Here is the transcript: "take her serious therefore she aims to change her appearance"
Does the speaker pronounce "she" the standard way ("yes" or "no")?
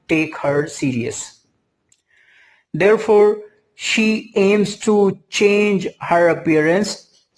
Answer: yes